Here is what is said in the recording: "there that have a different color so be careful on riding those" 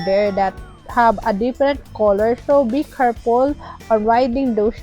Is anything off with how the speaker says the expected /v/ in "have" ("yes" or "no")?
yes